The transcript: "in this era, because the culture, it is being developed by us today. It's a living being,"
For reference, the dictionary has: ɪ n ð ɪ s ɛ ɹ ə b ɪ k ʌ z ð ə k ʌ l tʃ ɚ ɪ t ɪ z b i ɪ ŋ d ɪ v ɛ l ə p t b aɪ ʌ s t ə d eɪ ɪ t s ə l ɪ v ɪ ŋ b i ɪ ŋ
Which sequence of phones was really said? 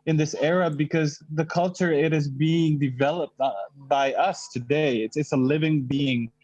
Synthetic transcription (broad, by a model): ɪ n ð ɪ s ɛ ɹ ə b ɪ k ʌ z ð ə k ʌ l tʃ ɚ ɪ t ɪ z b i ɪ ŋ d ɪ v ɛ l ə p t b aɪ ʌ s t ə d eɪ ɪ t s ə l ɪ v ɪ ŋ b i ɪ ŋ